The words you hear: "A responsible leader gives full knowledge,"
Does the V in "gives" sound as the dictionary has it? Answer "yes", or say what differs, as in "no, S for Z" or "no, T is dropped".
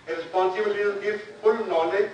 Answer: no, V is dropped